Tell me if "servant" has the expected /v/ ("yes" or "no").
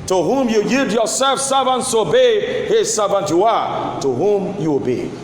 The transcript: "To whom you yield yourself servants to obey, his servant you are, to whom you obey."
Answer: yes